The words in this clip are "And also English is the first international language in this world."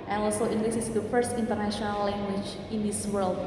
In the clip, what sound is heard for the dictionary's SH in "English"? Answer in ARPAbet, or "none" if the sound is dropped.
S